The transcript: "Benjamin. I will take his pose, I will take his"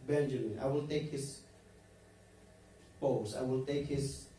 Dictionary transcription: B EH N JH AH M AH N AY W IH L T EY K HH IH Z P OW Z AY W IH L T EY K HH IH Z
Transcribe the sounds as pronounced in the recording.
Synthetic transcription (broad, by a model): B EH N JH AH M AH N AY W IH L T EY K HH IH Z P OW S AY W IH L T EY K HH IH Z